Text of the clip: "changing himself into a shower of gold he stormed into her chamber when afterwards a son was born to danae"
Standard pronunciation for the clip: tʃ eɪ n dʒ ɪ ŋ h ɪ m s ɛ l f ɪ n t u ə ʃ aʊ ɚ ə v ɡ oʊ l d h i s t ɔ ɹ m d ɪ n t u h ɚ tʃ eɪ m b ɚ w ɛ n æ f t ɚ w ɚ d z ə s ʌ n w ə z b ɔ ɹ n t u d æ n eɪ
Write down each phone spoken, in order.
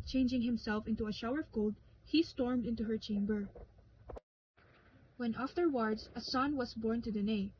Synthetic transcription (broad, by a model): tʃ eɪ n dʒ ɪ ŋ h ɪ m s ɛ l f ɪ n t u ə ʃ aʊ ɚ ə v ɡ oʊ l d h i s t ɔ ɹ m d ɪ n t u h ɚ tʃ eɪ m b ɚ w ɛ n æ f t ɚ w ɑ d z ə s ʌ n w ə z b ɔ ɹ n t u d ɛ n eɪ